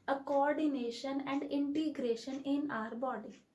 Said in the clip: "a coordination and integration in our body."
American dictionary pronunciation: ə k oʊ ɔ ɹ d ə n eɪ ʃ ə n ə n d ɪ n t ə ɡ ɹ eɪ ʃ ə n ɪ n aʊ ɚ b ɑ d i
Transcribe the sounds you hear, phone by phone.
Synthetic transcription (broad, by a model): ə k oʊ ɔ ɹ d ə n eɪ ʃ ə n ə n d ɪ n t ə ɡ ɹ eɪ ʃ ə n ɪ n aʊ ɚ b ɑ d i